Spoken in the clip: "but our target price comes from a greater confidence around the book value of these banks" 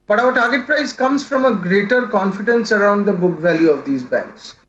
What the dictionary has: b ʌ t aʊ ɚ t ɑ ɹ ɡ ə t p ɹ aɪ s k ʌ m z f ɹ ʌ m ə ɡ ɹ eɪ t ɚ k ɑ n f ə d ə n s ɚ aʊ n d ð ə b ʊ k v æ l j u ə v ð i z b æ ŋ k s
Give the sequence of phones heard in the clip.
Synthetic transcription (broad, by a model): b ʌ t aʊ ɚ t ɑ ɹ ɡ ə t p ɹ aɪ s k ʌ m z f ɹ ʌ m ə ɡ ɹ eɪ t ɚ k ɑ n f ə d ə n s ɚ aʊ n d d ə b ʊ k v æ l j u ə v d i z b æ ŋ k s